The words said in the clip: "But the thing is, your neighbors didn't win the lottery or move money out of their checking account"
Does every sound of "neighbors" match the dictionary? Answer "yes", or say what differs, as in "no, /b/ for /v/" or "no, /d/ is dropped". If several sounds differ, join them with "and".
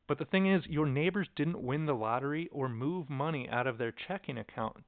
yes